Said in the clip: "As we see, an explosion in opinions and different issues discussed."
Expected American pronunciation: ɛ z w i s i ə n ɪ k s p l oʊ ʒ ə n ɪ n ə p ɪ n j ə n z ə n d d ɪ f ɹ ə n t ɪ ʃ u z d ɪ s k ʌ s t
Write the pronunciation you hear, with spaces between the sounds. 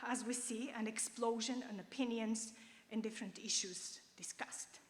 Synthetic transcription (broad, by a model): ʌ z w i s i ə n ɪ k s p l oʊ ʒ ə n ɪ n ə p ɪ n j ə n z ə n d d ɪ f ɹ ə n t ɪ ʃ u z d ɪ s k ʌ s t